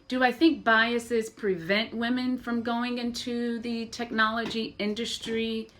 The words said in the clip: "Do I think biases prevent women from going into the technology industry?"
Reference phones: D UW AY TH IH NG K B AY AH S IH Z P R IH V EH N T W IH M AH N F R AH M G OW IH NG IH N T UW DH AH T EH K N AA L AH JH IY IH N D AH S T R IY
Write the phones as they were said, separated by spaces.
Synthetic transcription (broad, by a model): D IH AY TH IH NG K B AY AH S IH Z P R IH V EH N T W IH M AH N F R AH M G OW IH NG IH N T UW DH AH T EH K N AA L AH JH IY IH N D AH S T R IY